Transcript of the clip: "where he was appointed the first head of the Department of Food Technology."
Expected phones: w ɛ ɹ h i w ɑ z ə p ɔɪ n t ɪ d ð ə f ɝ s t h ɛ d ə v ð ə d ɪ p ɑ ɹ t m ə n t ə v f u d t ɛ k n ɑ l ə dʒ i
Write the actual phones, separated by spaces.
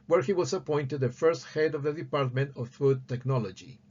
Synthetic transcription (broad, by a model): w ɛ ɹ h i w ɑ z ə p ɔɪ n t ɪ d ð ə f ɝ s t h ɛ d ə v ð ə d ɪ p ɑ ɹ t m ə n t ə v f u d t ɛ k n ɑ l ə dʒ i